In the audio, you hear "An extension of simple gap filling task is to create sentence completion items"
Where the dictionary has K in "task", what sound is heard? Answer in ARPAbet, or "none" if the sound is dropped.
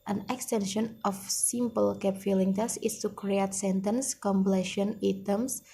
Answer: none